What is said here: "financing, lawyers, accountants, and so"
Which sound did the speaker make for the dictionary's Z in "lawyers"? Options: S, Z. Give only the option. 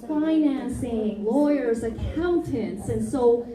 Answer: Z